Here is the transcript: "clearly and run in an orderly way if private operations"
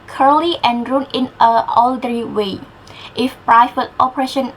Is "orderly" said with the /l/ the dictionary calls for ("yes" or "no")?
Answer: no